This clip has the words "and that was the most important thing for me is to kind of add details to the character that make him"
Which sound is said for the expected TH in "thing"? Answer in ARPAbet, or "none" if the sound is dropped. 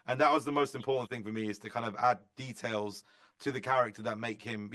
TH